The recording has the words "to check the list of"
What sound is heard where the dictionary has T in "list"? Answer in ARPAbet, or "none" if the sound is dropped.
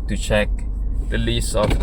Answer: none